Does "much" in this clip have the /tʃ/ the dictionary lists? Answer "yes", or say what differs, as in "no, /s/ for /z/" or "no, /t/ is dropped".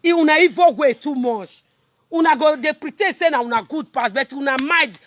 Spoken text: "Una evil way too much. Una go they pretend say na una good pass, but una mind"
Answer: no, /ʃ/ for /tʃ/